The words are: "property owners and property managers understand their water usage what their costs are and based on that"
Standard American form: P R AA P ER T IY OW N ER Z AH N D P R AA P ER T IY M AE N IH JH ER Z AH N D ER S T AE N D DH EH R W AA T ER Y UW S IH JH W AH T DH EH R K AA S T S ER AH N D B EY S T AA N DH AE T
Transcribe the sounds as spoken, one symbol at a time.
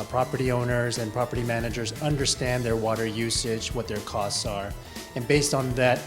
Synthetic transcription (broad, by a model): P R AA P ER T IY OW N ER Z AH N P R AA P ER T IY M AE N IH JH ER Z AH N D ER S T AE N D DH EH R W AA T ER Y UW S IH JH W AH T DH EH R K AA S T S ER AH N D B EY S T N DH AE T